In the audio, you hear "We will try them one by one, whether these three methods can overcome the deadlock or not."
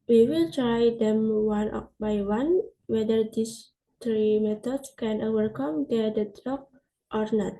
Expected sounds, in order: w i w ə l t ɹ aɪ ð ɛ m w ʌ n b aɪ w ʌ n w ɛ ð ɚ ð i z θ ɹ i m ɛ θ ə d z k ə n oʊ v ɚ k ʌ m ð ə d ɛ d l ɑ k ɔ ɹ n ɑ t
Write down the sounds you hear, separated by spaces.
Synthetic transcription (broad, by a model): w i w ə l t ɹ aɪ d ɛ m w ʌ n b aɪ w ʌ n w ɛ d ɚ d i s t ɹ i m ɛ t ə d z k ə n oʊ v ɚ k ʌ m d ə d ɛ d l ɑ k ɔ ɹ n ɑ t